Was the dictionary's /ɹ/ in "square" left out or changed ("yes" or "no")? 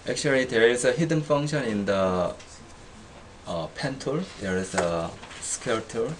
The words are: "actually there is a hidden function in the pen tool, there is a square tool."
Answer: yes